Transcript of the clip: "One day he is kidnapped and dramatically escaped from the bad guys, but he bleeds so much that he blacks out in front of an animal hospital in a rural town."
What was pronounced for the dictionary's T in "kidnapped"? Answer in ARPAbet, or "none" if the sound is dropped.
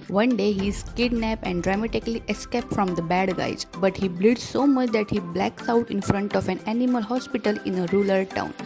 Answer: none